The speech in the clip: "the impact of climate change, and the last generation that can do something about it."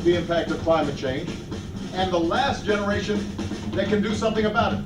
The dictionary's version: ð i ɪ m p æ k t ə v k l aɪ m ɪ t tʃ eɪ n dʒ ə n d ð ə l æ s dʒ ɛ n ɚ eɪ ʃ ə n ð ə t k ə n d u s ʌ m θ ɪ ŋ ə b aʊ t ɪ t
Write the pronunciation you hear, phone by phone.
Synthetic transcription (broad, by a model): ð i ɪ m p æ k t ə v k l aɪ m ɪ t tʃ eɪ n dʒ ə n ð ə l æ s dʒ ɛ n ɚ eɪ ʃ ə n ð ə t k ə n d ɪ s ʌ m θ ɪ ŋ ə b aʊ t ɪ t